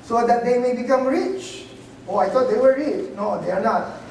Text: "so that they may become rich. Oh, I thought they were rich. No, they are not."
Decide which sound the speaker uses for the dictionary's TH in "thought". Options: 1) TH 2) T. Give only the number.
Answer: 2